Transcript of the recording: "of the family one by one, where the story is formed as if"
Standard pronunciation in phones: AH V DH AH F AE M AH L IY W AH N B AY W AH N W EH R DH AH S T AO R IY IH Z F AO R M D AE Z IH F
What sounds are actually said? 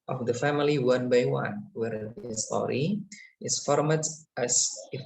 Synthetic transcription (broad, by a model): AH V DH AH F AE M AH L IY W AH N B AY W AH N W EH R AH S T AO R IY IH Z F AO R M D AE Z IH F